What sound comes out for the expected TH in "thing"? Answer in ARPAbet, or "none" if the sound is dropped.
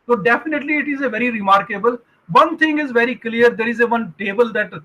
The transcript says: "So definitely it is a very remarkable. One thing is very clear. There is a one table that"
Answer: T